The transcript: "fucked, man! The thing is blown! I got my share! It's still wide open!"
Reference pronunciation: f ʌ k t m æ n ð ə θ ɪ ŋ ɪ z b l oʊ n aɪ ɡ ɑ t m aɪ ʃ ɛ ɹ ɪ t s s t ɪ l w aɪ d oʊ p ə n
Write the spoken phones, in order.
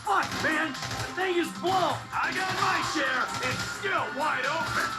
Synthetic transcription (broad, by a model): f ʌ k m æ n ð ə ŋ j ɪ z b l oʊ aɪ ɡ ɑ t m aɪ ʃ ɛ ɹ ɪ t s s t ɪ l w aɪ d oʊ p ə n